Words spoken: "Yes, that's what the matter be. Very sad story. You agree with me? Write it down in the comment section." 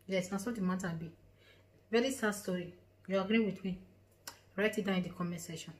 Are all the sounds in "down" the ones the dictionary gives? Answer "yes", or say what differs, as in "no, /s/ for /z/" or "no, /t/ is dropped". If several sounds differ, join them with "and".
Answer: no, /n/ is dropped